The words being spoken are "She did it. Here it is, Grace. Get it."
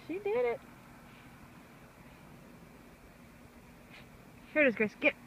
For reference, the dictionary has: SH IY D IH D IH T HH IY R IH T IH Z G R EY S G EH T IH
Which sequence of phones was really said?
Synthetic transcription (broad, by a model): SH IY D IH D IH T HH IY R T IH Z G EY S G EH T